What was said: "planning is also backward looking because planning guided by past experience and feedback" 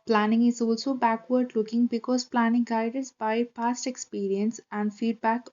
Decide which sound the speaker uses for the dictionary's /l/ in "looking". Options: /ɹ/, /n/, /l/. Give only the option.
/l/